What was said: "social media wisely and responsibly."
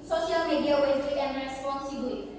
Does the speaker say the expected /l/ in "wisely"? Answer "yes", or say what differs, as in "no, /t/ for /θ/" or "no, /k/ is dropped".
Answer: no, /l/ is dropped